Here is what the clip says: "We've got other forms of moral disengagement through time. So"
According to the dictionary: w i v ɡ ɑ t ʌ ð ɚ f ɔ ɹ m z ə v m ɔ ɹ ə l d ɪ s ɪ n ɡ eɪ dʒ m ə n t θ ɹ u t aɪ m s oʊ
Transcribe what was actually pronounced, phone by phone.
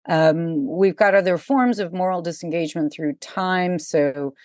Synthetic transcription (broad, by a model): w i v ɡ ɑ t ʌ ð ɚ f ɔ ɹ m z ə v m ɔ ɹ l d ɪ s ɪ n ɡ eɪ dʒ m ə n θ ɹ u t aɪ m s oʊ